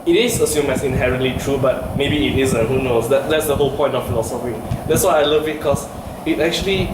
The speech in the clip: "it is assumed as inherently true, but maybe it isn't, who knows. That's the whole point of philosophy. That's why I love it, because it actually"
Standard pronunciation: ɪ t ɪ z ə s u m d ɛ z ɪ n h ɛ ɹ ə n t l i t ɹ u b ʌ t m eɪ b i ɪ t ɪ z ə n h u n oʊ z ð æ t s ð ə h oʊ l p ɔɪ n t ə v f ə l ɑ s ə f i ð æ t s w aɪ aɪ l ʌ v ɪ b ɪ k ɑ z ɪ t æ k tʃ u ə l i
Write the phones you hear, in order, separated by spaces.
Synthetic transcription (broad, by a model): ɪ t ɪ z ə s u m ɛ s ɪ n h ɛ ɹ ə n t l i t ɹ u b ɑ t m eɪ b i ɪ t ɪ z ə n h u n oʊ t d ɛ t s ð ə h oʊ l p ɔɪ n t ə f f ə l ɑ s ə f i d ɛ t s w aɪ aɪ l ʌ v ɪ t k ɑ s ɪ t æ k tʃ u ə l i